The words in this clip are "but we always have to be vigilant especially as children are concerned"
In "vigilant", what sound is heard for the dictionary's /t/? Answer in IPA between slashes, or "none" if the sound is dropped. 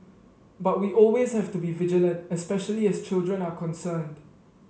/t/